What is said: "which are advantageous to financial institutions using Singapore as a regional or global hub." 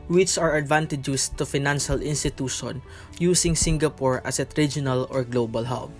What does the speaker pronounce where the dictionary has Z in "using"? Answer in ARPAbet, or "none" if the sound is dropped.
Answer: S